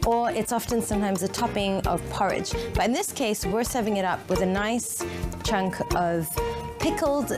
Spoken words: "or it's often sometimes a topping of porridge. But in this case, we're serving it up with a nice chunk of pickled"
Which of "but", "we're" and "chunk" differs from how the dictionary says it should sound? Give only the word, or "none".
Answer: none